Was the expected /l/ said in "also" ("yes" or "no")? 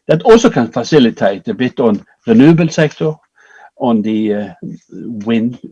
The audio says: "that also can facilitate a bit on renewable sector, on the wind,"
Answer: no